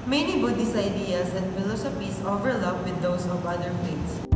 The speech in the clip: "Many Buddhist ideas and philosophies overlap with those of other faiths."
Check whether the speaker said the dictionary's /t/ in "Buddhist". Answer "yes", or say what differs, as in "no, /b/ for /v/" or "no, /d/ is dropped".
no, /t/ is dropped